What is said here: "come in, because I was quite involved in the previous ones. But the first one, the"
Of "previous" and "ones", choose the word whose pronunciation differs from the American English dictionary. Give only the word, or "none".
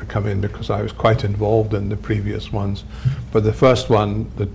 none